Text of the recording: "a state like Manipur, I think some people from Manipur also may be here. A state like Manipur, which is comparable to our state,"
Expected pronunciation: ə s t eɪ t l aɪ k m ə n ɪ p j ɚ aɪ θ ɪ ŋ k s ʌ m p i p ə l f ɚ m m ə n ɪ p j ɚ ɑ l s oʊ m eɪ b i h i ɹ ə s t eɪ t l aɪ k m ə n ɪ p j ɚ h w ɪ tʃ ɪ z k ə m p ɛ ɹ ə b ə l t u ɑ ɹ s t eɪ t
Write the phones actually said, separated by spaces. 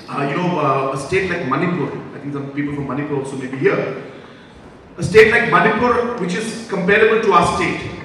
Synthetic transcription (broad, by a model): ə s t eɪ t l aɪ k m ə n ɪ p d aɪ t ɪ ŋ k s ʌ m p i p ə l f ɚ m m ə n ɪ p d ɑ l s oʊ m eɪ b i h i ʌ ə s t eɪ t l aɪ k m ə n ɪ p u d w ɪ tʃ ɪ z k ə m p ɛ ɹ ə b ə l t u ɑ s t eɪ t